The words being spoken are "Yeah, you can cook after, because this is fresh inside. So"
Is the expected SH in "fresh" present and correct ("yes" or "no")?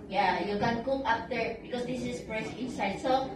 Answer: no